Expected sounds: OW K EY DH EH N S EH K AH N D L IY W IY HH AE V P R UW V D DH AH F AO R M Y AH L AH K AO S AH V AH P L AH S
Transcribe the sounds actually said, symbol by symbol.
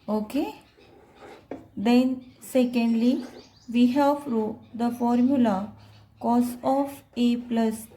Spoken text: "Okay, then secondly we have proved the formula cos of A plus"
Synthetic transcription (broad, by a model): OW K EY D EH N S EH K AH N D L IY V IY HH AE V F R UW D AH F AO R M Y AH L AH K AO S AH F AH P L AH S